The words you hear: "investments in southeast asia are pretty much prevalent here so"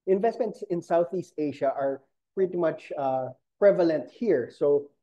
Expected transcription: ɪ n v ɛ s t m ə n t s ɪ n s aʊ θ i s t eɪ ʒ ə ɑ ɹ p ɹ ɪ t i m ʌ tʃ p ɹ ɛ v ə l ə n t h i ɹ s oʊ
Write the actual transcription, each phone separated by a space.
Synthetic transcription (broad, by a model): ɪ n v ɛ s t m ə n t s ɪ n s aʊ θ i s t eɪ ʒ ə ɑ ɹ p ɹ ɪ t i m ʌ tʃ p ɹ ɛ v ə l ə n t h i ɹ s oʊ